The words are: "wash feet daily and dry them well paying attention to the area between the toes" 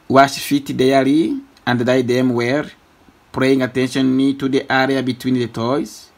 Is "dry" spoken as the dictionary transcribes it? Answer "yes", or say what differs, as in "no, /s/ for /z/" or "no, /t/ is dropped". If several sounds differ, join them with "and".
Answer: no, /ɹ/ is dropped